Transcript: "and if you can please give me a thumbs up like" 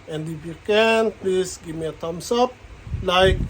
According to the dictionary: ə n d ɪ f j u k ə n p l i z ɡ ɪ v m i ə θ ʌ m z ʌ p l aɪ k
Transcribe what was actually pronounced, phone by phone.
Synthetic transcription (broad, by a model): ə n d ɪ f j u k ə n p l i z ɡ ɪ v m i ə t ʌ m s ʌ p l aɪ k